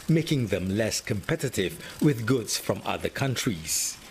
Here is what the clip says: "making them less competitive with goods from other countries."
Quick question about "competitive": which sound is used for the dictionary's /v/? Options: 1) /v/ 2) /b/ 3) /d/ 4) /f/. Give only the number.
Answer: 1